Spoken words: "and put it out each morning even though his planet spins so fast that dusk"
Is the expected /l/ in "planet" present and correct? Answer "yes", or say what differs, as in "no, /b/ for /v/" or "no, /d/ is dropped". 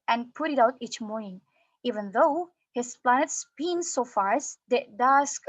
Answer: yes